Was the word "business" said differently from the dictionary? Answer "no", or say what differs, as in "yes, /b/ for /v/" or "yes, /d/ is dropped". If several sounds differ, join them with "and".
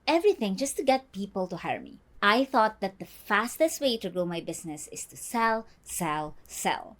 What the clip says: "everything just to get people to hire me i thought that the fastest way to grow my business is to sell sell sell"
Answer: yes, /s/ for /z/